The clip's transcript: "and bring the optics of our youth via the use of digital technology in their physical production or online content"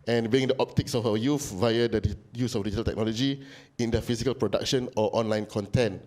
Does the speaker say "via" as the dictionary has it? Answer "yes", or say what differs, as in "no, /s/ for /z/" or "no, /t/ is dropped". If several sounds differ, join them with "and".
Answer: yes